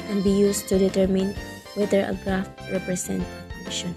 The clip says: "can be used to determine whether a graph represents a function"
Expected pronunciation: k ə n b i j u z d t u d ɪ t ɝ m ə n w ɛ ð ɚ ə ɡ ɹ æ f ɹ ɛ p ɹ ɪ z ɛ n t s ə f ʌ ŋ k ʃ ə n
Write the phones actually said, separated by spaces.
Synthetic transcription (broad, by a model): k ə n b i j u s t u d ɪ t ɝ m ə n w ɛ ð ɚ ə ɡ ɹ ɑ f ɹ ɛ p ɹ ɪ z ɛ n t ə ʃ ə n